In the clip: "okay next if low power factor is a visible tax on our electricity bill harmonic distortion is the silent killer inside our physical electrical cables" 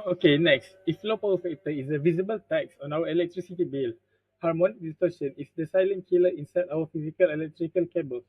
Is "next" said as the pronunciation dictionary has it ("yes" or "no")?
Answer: yes